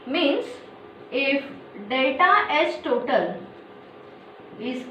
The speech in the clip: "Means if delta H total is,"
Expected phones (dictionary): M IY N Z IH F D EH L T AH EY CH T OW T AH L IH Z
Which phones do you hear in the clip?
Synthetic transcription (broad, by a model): M IY N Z IH F D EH T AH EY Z T OW T AH L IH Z